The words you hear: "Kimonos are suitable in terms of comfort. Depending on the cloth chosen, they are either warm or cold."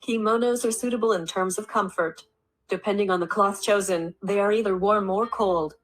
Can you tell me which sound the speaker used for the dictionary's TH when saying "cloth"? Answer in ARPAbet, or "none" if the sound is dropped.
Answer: TH